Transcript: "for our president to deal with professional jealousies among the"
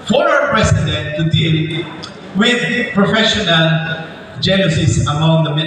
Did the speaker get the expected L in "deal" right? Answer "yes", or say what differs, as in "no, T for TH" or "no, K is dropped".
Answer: no, N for L